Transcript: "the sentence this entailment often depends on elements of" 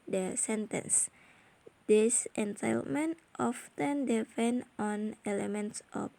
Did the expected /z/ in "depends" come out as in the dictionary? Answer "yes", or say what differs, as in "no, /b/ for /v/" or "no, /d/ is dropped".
no, /z/ is dropped